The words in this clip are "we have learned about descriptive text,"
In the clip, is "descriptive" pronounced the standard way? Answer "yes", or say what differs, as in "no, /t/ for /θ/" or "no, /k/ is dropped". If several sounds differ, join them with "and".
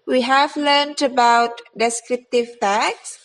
yes